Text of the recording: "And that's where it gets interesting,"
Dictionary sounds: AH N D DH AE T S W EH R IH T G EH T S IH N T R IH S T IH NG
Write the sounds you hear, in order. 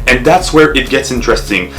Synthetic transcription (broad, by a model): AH N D DH AE T S W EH R IH T G EH T S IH N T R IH S T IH NG